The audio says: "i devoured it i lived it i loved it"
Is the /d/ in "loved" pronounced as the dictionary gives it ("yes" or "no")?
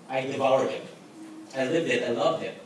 no